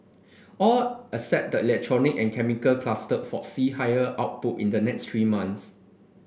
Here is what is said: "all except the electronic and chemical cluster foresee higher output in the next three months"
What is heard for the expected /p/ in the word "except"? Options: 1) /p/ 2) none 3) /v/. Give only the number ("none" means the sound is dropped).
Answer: 2